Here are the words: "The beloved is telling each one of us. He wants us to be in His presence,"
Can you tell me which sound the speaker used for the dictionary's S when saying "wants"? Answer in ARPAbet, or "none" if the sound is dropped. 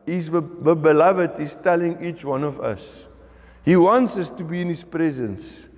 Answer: S